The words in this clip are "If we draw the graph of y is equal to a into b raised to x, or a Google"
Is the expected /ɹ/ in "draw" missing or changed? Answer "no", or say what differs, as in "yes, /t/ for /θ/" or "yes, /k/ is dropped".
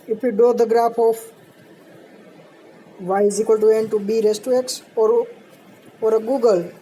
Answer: yes, /ɹ/ is dropped